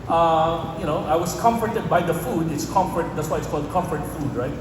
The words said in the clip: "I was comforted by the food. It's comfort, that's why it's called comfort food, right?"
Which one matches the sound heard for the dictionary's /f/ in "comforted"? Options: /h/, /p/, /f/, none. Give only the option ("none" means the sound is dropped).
/f/